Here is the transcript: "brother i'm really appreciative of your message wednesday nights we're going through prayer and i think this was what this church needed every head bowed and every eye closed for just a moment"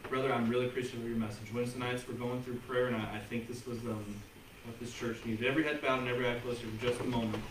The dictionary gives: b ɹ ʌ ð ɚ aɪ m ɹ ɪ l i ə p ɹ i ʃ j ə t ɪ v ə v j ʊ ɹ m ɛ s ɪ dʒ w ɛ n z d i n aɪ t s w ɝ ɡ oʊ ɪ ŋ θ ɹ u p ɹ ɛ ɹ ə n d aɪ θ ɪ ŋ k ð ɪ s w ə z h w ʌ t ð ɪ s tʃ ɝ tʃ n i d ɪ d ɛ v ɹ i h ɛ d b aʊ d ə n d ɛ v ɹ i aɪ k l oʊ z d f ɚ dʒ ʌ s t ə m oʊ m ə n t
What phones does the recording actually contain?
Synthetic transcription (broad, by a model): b ɹ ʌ ð ɚ aɪ m ɹ ɪ l i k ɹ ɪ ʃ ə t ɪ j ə ɹ m ɛ s ɪ dʒ w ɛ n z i n aɪ t s w ɝ ɡ oʊ ɪ ŋ θ ɹ u p ɹ ɛ ɹ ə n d aɪ θ ɪ ŋ k ð ɪ s w ə z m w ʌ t ð ɪ s tʃ ɝ tʃ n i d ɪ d ɛ v ɹ i h ɛ d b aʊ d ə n ɛ v ɹ i aɪ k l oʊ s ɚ dʒ ʌ s t ə m oʊ m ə n t